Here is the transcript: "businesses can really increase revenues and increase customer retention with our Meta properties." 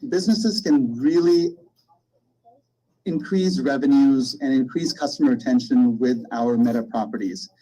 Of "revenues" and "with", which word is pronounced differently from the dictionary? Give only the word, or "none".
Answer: none